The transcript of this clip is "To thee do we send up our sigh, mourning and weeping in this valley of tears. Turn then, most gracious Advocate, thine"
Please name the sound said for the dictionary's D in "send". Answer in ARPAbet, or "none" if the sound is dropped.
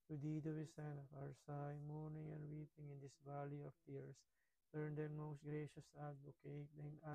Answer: none